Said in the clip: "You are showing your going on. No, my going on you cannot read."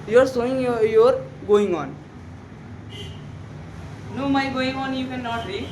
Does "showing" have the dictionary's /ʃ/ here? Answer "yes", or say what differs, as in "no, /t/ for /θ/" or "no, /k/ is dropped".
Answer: no, /s/ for /ʃ/